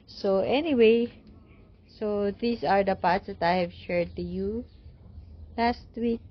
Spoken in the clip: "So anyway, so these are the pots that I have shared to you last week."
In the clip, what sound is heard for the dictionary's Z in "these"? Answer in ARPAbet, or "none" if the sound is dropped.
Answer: S